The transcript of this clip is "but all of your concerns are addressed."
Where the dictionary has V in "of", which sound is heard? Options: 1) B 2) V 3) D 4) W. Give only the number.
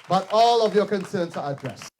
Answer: 2